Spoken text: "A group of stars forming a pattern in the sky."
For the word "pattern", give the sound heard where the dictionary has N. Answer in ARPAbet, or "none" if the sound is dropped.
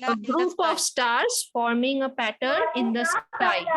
N